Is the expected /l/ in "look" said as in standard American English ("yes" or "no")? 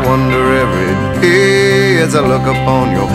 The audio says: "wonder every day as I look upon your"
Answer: yes